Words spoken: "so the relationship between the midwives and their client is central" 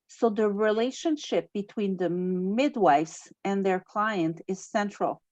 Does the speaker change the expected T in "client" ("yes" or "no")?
no